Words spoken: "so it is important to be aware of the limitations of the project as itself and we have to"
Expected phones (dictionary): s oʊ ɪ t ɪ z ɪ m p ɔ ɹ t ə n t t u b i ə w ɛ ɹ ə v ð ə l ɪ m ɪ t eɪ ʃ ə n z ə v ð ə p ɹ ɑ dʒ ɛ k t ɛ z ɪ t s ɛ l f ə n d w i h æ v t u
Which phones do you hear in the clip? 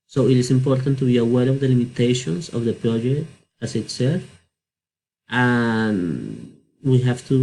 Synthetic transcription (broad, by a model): s oʊ ɪ t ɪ s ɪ m p ɔ ɹ t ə n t t u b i ə w ɛ ɹ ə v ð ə l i m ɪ t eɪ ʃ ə n s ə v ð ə p ɹ ɑ dʒ ɛ k t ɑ s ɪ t s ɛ f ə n w i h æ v t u